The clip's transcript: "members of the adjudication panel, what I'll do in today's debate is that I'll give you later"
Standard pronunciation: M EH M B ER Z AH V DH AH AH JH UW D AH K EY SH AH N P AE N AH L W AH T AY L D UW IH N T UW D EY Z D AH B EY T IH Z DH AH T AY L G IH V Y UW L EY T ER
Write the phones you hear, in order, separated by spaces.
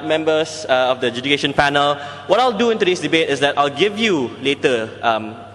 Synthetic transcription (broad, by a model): M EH M B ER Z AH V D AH AH JH UW D AH K EY SH AH N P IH N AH L W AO T AY L D UW IH N T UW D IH S D AH B EY T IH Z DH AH T AY L G IH V Y UW L EY T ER